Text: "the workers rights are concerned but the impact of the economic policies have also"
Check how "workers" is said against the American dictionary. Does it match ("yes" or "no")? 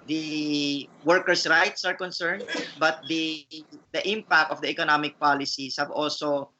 no